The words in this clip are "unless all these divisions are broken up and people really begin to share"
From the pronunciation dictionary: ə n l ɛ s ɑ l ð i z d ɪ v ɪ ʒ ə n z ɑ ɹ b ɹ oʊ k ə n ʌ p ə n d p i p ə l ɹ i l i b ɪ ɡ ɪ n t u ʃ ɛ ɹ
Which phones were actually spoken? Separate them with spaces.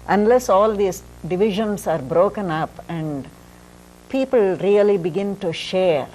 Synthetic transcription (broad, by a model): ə n l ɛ s ɑ l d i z d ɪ v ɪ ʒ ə n s ɑ ɹ b ɹ oʊ k ə n ʌ p ə n d p i p ə l ɹ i l i b ɪ ɡ ɪ n t u ʃ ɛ ɹ